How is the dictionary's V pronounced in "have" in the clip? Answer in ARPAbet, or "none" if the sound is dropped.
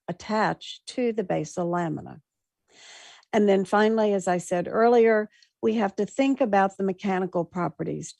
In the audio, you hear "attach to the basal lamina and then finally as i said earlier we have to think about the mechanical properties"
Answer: F